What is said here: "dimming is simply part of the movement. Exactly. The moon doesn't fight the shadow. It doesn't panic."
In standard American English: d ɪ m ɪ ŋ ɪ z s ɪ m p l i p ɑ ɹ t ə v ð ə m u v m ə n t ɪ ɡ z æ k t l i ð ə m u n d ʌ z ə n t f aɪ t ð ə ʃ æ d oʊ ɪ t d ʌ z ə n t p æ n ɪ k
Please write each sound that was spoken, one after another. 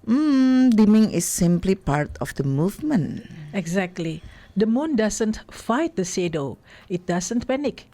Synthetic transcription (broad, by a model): d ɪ m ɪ ŋ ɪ s ɪ m p l i p ɑ ɹ t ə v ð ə m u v m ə n ɪ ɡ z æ k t l i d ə m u n d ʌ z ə n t f aɪ t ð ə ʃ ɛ d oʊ ɪ t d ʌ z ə n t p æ n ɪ k